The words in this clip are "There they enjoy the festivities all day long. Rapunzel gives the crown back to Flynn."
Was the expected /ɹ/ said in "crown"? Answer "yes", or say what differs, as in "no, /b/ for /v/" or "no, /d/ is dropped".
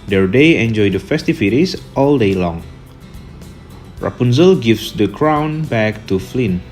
yes